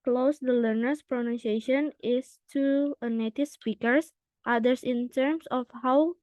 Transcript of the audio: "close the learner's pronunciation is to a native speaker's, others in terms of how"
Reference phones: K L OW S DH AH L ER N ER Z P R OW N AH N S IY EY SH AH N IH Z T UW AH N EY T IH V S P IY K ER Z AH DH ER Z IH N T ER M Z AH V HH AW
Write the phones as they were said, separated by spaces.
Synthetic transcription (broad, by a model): K L OW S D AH L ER N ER S P R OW N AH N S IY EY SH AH N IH S T UW AH N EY T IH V S P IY K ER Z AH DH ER S IH N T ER M S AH F HH AW